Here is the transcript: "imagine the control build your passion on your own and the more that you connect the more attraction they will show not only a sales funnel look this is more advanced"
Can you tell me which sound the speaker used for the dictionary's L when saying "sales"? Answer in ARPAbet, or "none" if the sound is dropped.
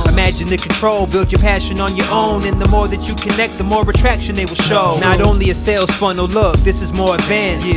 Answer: L